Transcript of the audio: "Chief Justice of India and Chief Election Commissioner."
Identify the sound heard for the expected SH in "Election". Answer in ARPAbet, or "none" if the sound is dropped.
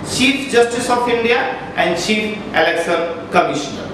S